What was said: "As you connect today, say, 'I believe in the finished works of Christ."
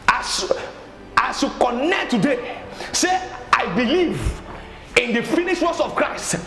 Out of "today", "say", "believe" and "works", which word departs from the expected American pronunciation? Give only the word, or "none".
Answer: works